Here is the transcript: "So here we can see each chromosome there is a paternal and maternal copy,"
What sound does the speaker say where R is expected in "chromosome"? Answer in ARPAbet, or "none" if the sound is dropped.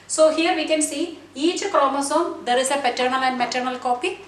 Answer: L